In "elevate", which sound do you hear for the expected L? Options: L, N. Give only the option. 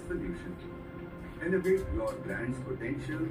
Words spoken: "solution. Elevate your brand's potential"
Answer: N